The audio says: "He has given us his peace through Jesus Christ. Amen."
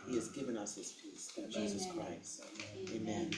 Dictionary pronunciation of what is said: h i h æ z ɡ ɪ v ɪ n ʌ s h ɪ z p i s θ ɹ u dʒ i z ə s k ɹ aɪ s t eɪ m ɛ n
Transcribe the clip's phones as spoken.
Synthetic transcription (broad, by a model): h i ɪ z ɡ ɪ v ɪ n ʌ s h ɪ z p i s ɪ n dʒ i z ə s k ɹ aɪ s t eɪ m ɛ n